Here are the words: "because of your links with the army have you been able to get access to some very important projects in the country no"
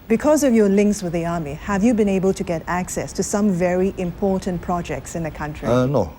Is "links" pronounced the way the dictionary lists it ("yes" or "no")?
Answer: yes